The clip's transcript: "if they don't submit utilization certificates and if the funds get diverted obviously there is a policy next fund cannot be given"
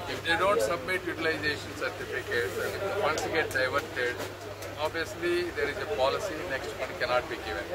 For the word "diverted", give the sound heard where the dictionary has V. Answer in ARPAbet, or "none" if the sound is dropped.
V